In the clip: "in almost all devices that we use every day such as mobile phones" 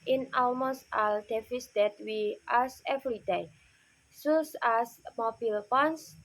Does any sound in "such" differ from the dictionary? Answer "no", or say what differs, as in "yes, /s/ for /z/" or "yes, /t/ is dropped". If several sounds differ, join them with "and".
yes, /s/ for /tʃ/